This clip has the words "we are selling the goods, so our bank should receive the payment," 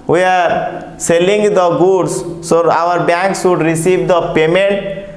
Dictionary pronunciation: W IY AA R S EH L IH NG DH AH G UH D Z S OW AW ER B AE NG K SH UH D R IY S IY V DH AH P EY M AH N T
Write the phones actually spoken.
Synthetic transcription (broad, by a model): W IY AA R S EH L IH NG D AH G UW D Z S OW AW ER B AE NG K S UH D R IY S IY V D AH P EY M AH N T